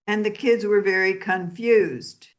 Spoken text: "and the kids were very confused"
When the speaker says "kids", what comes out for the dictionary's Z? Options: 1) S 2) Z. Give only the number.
2